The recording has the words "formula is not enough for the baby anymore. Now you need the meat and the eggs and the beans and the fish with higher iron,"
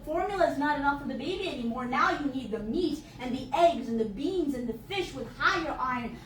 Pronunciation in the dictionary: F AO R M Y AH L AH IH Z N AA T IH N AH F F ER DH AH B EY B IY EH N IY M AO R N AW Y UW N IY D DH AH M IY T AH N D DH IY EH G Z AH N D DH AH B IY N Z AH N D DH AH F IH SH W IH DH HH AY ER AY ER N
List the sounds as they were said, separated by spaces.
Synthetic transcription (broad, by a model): F AO R M Y L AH IH Z N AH T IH N AH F F ER DH AH B EY B IY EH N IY M AO R N AW Y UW N IY D DH AH M IY T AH N DH IY EH G Z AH N DH AH B IY N Z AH N DH AH F IH SH W IH DH HH AY ER AY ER N